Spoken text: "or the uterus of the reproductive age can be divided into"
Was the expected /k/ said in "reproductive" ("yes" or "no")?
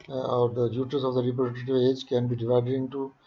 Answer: no